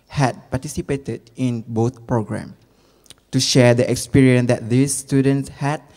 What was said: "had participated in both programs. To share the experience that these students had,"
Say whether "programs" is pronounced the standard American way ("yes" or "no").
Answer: no